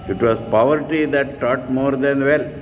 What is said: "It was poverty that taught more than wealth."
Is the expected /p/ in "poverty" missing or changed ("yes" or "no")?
no